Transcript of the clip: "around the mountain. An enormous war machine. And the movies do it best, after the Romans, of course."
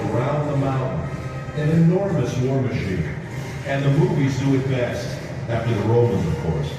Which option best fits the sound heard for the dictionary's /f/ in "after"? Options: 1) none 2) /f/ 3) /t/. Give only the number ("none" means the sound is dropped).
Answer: 1